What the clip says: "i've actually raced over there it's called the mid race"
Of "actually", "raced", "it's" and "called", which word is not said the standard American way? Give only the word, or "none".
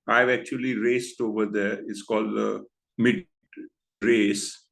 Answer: none